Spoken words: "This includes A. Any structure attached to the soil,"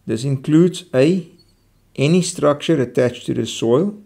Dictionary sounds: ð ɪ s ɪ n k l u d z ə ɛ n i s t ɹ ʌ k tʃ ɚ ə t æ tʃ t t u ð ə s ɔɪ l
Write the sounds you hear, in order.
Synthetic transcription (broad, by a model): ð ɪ s ɪ n k l u d z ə ɛ n i s t ɹ ʌ k tʃ ɚ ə t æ tʃ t t u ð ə s ɔɪ l